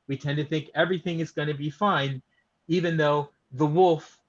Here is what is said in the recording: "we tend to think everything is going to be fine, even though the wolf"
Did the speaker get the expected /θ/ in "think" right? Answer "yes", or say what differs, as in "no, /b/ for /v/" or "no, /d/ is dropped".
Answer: yes